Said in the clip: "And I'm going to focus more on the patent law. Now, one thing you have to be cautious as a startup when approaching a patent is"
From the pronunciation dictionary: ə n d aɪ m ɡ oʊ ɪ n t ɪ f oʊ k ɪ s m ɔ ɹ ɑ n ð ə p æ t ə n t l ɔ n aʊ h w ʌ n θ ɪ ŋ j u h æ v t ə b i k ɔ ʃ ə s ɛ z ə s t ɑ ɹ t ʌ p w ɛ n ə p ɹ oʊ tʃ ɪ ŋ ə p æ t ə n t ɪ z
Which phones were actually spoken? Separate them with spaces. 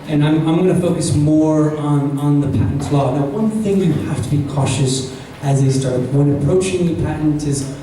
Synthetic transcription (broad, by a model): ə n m aɪ m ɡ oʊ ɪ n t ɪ f oʊ k ɪ s m ɔ ɹ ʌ n ð ə p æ t n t l ɔ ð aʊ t w ʌ n θ ɪ ŋ j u h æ f t ə b i k ɔ ʃ ə s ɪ z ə s t ɑ ɹ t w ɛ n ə p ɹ oʊ tʃ ɪ ŋ ə p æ t n t ɪ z